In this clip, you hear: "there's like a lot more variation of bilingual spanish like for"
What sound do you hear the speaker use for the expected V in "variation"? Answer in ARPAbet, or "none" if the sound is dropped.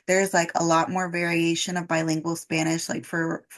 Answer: V